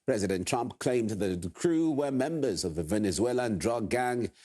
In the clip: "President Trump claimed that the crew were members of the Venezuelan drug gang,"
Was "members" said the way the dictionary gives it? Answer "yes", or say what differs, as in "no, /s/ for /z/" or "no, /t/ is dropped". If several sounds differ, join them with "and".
yes